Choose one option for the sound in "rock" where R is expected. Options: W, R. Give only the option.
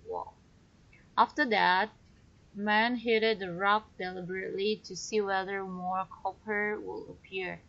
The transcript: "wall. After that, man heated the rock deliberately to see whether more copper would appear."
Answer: R